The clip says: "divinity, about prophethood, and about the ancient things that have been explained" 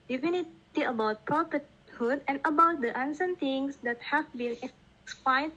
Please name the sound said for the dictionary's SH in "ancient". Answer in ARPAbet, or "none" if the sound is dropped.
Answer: S